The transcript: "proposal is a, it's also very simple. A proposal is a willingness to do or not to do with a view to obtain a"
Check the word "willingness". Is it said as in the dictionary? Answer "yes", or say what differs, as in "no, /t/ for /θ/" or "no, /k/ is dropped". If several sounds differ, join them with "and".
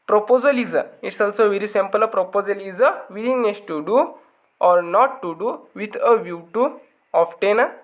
no, /n/ is dropped